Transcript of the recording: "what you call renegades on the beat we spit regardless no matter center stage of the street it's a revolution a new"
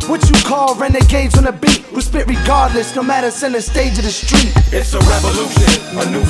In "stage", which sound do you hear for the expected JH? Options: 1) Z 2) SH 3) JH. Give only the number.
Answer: 3